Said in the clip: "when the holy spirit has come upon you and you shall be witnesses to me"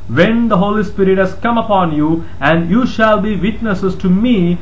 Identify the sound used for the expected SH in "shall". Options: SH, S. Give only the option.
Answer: SH